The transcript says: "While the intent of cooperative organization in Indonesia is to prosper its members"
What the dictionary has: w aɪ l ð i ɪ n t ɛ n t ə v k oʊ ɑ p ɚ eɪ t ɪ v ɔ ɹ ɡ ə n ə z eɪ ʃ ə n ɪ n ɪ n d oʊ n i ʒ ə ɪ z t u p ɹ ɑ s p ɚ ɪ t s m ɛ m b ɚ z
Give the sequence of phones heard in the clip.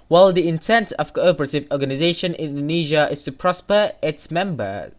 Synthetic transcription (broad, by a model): w aɪ l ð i ɪ n t ɛ n t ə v k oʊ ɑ p ɚ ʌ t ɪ v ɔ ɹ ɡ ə n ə z eɪ ə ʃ ɪ n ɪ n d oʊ n i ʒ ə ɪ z t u p ɹ ɑ s p ɚ ɪ t s m ɛ m b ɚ